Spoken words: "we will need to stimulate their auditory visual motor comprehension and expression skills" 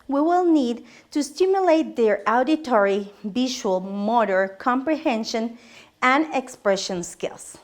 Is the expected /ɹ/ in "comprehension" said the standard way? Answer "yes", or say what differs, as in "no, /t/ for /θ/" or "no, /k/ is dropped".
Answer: yes